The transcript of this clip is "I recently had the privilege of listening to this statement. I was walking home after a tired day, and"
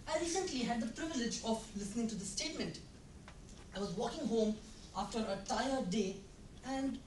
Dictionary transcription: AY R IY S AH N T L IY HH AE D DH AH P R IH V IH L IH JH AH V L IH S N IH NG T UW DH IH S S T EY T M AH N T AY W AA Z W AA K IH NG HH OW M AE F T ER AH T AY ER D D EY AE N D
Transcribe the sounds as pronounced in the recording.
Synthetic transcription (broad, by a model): AY R IY S AH N T L IY HH AE D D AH P R IH V IH L IH JH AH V L IH S N IH NG T UW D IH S S T EY T M AH N T AY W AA Z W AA K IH NG HH OW M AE F T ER AH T AY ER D D EY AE N D